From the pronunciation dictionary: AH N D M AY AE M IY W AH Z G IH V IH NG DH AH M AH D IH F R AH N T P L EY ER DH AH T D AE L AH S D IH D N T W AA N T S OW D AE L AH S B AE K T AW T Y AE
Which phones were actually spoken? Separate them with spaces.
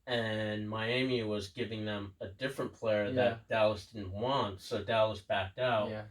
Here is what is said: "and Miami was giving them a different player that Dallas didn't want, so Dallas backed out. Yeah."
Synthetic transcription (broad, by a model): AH N M AY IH M IY W AH Z G IH V IH NG DH AH M AH D IH F R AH N P L EY ER DH AH T D AE L AH S D IH D N T W AA N T S OW D AE L AH S B AE K T AW T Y